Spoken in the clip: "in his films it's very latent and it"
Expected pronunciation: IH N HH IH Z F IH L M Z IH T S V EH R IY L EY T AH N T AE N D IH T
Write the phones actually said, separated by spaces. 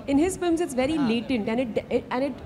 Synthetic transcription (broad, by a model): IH N HH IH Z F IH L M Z IH T S V EH R IY L EY T AH N T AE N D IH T